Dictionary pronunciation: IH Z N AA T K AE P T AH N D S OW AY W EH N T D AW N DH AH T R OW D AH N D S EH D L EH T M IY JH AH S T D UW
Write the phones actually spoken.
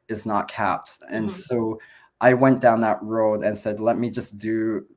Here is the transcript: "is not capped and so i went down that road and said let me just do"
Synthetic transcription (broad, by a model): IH Z N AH T K AE P T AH N S OW AY W EH N D AW N DH AH T R OW D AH N S EH D L EH T M IY JH AH S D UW